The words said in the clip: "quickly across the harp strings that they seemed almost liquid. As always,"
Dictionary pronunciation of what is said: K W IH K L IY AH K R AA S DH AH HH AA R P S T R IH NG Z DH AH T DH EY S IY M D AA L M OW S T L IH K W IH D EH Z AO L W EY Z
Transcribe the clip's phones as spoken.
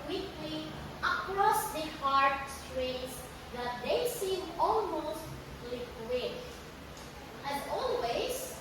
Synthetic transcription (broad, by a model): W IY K L IY AH K R AA S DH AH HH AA R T S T R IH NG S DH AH T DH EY S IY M AA L M OW S T L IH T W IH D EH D AO L W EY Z